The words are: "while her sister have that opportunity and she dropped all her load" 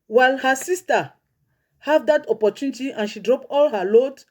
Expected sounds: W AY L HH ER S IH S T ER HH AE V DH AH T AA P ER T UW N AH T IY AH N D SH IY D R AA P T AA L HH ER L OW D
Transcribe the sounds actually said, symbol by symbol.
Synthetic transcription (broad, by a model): W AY L HH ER S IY S T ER HH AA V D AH T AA P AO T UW N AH T IY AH N SH IY D R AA P AA L HH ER L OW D